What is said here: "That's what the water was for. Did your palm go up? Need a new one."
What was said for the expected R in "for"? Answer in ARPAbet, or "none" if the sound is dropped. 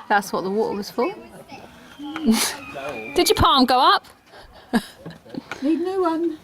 L